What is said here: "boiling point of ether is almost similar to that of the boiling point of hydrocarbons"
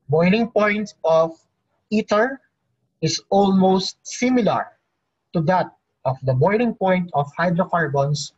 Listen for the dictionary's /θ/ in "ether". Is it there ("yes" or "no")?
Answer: no